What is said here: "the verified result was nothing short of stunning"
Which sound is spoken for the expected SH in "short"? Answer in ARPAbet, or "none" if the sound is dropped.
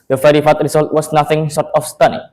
S